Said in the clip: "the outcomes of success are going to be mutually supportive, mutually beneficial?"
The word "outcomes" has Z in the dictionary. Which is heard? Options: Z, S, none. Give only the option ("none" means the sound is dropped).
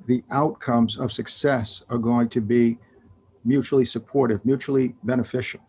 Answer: Z